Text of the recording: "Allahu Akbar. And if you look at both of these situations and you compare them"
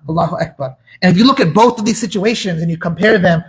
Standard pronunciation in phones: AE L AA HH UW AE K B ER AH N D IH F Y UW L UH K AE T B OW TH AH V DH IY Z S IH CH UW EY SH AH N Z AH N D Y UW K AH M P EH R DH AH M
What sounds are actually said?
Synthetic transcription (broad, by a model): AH L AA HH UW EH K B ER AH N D IH F Y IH L UH K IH T B OW TH AH V DH IY Z S IH CH UW EY SH AH N Z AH N Y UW K AH M P EH R DH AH M